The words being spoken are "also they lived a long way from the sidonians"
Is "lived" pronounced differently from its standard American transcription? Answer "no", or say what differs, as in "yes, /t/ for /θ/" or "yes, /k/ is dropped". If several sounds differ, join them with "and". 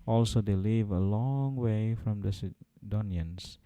yes, /d/ is dropped